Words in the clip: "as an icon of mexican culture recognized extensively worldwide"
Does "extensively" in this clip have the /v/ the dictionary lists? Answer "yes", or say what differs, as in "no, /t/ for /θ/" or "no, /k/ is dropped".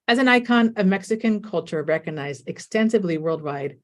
yes